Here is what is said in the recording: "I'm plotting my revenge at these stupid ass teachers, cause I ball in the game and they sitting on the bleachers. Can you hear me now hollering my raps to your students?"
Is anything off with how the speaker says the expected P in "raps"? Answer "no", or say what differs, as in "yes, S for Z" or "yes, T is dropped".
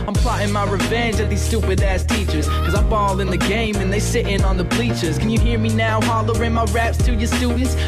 no